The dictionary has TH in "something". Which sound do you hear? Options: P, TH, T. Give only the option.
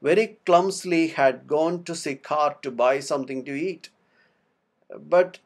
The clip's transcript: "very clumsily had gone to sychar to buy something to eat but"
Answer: T